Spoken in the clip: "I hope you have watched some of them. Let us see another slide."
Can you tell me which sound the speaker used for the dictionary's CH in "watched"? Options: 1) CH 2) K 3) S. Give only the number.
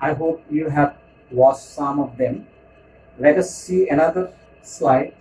3